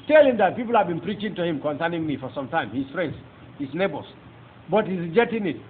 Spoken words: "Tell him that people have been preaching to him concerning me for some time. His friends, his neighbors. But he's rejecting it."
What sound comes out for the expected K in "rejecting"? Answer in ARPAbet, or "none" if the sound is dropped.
none